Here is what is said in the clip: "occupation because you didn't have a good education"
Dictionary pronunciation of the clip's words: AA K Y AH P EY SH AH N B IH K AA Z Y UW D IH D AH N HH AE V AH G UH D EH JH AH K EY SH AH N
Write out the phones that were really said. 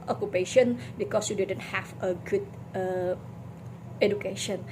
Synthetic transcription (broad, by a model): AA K Y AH P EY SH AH N B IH K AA S Y UW D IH D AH N HH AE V AH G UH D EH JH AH K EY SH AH N